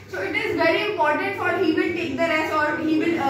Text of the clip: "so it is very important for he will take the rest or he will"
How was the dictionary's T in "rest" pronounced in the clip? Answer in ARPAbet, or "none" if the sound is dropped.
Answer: none